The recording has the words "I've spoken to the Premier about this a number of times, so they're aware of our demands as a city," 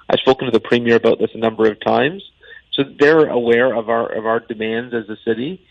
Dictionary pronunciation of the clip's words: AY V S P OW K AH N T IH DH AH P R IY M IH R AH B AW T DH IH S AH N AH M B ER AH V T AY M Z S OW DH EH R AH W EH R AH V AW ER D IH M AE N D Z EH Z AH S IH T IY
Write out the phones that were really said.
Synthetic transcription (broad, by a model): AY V S P OW K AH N T IH DH AH P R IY M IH R AH B AW T DH IH S AH N AH M B ER AH V T AY M Z S OW DH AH R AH W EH R AH V AW ER D IH M AE N D Z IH Z AH S IH T IY